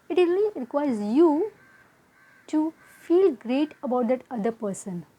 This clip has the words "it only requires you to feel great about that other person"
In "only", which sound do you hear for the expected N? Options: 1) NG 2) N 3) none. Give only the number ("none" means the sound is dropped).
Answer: 3